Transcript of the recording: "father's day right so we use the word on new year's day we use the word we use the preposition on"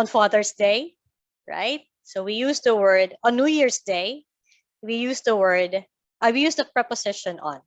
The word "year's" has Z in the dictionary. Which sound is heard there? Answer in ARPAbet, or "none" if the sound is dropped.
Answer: S